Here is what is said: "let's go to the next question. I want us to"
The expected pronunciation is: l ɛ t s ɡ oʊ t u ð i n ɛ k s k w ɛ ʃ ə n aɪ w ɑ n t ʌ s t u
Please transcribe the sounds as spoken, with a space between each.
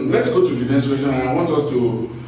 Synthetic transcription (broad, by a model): l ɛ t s ɡ oʊ t u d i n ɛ s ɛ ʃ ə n aɪ w ɑ n t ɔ s t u